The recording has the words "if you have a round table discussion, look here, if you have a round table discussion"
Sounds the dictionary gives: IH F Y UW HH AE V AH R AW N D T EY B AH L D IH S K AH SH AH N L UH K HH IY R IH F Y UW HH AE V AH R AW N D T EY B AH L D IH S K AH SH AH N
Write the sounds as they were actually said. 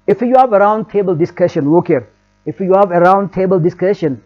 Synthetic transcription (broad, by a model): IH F Y UW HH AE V AH R AW N D T EY B AH L D IH S K AH SH AH N W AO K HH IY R IH F Y UW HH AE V AH R AW N D T EY B AH L D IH S K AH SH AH N